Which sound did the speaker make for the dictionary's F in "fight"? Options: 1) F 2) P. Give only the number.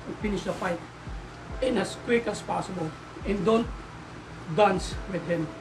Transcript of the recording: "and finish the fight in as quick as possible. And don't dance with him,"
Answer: 1